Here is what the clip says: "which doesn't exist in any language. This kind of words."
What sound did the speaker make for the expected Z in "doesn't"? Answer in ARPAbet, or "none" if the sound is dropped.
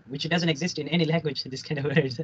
Z